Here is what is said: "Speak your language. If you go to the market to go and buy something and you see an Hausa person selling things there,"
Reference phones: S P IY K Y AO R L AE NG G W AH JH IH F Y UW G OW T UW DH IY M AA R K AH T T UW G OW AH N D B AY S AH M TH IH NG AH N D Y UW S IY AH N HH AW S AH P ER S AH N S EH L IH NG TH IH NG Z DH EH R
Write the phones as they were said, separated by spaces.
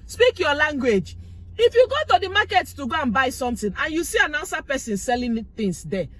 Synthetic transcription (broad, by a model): S P IY K Y AO L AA NG G W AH JH IH F Y UW G OW T UW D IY M AA K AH T T UW G OW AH N B AY S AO M T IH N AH N Y UW S IY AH N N S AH P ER S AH N S EH L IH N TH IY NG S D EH